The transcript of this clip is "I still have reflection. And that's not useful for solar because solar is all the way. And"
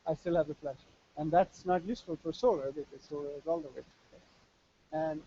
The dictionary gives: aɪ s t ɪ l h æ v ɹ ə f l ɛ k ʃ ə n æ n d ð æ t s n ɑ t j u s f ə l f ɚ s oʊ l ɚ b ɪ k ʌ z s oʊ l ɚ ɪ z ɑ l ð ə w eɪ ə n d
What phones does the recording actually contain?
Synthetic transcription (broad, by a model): aɪ s t ɪ l h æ v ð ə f l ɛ ʃ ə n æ n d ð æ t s n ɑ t j u s f ə l f ɚ s oʊ l ɚ b ɪ k ʌ z s oʊ l ɚ ɪ z ɑ l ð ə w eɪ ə n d